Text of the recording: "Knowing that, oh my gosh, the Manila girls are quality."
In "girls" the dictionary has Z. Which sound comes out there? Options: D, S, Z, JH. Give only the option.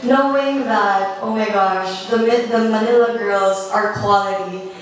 Z